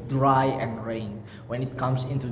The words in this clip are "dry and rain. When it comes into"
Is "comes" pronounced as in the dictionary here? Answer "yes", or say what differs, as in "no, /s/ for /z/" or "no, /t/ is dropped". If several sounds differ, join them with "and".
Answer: no, /s/ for /z/